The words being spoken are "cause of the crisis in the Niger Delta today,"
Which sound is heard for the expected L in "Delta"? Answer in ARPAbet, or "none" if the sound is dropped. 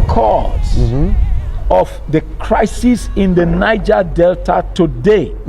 L